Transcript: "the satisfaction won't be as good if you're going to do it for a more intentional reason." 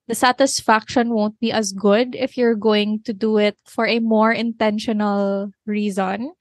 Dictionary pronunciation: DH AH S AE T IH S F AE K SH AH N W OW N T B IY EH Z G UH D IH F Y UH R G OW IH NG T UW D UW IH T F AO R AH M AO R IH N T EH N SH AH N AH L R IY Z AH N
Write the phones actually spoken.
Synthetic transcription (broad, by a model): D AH S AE T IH S F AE K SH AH N W OW N T B IY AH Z G UH D IH F Y UH R G OW IH NG T UW D UW IH T F AO R AH M AO R IH N T EH N SH AH N AH L R IY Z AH N